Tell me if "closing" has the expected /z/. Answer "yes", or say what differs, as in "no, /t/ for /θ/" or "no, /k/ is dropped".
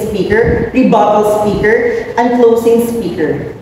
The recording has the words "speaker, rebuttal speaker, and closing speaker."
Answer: no, /s/ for /z/